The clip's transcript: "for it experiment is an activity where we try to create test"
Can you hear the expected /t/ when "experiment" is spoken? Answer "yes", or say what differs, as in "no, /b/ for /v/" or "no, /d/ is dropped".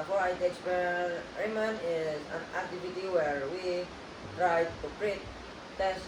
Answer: no, /t/ is dropped